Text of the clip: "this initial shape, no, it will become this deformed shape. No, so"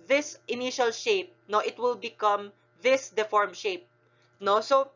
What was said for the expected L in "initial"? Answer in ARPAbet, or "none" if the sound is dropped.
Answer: L